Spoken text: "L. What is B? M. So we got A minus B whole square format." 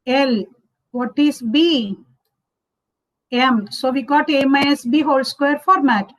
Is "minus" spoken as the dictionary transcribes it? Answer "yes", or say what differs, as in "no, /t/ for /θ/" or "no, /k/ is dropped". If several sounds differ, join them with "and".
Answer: no, /n/ is dropped